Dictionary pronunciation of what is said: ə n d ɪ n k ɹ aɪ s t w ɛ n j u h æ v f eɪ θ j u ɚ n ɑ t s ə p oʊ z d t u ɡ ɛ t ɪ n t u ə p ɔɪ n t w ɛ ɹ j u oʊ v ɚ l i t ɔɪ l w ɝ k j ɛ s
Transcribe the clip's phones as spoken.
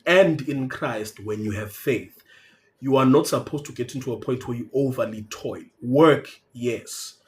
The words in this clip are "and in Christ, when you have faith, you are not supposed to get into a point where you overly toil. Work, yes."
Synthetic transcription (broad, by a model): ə n d ɪ n k ɹ aɪ s t w ɛ n j u h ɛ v f eɪ θ j u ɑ n ɑ t s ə p oʊ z t u ɡ ɛ t ɪ n t u ə p ɔɪ n t w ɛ j u oʊ v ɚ l i t ɔɪ l w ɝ k j ɛ s